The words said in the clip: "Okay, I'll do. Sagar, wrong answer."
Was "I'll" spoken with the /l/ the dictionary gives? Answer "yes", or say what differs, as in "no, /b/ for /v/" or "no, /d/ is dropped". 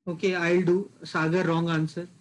yes